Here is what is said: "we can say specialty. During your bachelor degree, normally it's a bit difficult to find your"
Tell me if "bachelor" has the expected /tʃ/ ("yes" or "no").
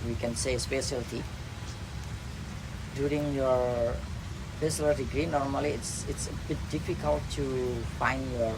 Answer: no